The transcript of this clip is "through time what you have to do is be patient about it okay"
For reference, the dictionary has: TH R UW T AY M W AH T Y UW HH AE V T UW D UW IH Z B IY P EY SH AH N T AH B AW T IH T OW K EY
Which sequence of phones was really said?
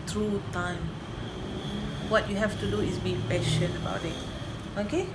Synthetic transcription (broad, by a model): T R UW T AY M W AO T Y UW HH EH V T UW D UW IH S B IY P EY SH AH N AH B AW T IH T OW K EY